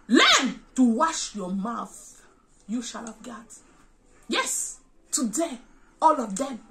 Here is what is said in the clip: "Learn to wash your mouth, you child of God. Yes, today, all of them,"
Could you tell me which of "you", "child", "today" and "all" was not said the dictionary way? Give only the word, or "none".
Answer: child